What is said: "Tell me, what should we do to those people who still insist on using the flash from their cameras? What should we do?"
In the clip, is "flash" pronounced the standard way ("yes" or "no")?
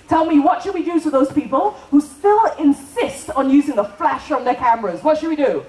yes